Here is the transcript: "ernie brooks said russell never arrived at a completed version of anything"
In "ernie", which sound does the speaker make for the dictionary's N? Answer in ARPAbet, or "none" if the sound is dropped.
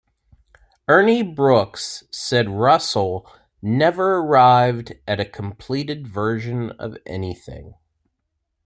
N